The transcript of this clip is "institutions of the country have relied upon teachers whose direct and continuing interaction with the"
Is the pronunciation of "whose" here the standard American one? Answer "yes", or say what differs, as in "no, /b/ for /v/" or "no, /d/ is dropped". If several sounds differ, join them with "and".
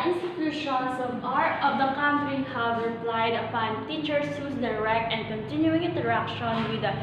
no, /s/ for /z/